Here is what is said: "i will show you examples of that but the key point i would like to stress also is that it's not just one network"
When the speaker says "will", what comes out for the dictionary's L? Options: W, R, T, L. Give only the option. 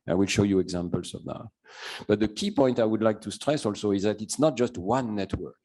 L